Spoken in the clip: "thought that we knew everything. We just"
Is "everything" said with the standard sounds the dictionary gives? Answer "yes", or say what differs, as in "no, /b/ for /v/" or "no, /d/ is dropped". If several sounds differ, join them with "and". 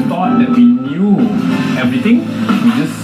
no, /t/ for /θ/